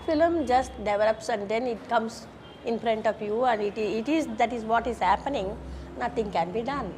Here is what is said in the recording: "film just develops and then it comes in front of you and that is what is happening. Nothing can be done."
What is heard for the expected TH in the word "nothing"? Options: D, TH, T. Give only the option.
T